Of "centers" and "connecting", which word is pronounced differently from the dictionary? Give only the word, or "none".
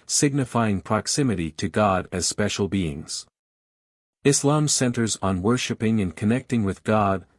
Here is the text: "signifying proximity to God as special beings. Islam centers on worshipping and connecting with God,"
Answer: none